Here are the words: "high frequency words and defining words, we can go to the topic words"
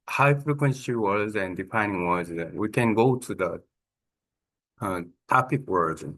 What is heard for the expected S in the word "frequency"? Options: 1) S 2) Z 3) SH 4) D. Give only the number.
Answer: 3